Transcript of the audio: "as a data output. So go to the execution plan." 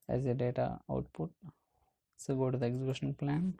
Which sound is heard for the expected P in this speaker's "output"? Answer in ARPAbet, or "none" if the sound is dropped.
P